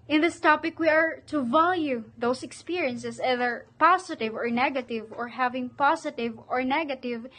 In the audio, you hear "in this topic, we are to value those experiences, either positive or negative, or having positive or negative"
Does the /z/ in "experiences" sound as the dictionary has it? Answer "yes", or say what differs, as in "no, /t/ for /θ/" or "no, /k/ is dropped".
no, /s/ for /z/